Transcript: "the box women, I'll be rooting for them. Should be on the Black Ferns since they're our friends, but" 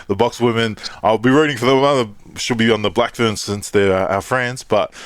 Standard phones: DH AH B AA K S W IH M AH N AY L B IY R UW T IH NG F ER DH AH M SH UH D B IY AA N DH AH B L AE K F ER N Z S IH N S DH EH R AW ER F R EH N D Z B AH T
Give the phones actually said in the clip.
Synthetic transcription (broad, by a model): DH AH B AA K S W IH M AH N AY L B IY R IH T IH NG F ER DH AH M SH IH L B IY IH N DH AH B L AE K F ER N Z S IH N S DH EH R AW ER F R EH N D Z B AH T